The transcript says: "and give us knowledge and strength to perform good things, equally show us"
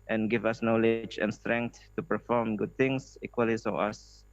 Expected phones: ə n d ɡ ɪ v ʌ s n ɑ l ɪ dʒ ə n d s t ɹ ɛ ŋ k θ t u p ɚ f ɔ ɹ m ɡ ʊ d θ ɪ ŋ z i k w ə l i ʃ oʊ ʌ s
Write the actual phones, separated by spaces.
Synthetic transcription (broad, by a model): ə n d ɡ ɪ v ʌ s n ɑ l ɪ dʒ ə n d s t ɹ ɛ ŋ k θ t u p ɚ f ɔ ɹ m ɡ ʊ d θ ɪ ŋ s i k w ə l i s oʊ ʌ s